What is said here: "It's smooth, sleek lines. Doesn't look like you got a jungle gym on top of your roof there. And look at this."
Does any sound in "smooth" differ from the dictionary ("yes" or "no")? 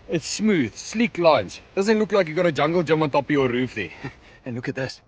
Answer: no